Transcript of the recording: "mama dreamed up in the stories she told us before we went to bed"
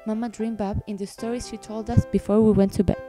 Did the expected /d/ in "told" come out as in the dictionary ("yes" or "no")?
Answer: yes